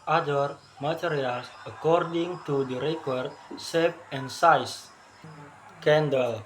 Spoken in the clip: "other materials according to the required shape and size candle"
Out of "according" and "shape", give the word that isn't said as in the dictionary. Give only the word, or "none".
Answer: shape